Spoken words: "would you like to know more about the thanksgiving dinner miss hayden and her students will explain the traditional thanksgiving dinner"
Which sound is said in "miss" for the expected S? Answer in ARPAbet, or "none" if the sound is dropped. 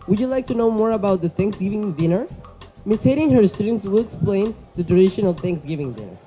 S